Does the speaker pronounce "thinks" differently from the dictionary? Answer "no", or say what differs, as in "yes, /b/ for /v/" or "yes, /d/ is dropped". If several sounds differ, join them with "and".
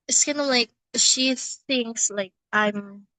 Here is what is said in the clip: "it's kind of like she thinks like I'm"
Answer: no